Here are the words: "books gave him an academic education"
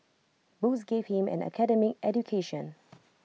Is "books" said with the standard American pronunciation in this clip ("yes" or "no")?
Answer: no